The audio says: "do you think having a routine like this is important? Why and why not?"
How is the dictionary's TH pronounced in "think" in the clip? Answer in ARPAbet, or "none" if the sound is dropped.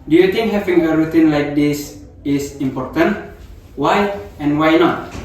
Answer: T